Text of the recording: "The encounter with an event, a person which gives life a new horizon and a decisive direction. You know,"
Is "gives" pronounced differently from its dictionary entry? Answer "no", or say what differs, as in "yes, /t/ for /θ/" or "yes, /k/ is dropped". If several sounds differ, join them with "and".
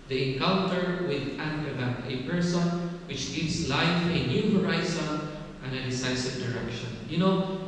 yes, /s/ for /z/